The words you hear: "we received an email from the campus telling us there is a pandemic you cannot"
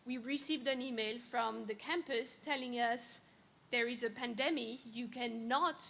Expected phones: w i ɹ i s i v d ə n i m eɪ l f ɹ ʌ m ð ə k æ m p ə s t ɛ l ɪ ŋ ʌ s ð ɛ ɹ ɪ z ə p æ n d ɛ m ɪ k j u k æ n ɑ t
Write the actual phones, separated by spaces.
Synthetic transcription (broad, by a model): w i ɹ i s i v d ə n i m eɪ l f ɹ ʌ m ð ə k æ m p ə s t ɛ l ɪ ŋ ʌ s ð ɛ ɹ ɪ z ə p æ n d ɛ m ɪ j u k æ n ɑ t